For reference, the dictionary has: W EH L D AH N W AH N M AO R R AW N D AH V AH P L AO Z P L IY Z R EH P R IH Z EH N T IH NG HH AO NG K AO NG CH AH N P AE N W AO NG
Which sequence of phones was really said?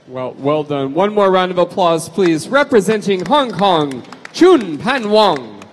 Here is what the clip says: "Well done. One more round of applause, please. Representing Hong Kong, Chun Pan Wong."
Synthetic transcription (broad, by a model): W EH L D AH N W AH N M AO R R AW N D AH V AH P L AO Z P L IY Z R EH P R IH Z EH N T IH NG HH AO NG K AO NG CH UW N P AE N W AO NG